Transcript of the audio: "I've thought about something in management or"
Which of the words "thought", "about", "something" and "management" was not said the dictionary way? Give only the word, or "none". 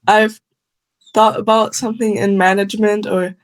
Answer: none